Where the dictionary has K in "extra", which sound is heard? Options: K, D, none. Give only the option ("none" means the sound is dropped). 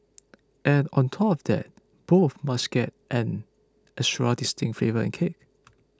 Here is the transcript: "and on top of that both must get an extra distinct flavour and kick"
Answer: none